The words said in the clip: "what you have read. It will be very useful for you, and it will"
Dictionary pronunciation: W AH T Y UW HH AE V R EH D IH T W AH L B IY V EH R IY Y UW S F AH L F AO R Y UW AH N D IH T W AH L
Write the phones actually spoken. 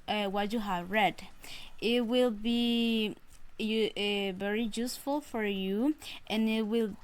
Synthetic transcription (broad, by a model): W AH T Y UW HH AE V R EH D IH T W AH L B IY V EH R IY Y UW S F AH L F AO R Y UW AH N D IH T W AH L